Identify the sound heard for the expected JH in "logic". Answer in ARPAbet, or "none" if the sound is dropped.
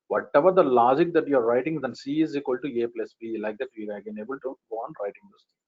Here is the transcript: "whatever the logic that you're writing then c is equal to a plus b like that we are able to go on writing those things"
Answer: JH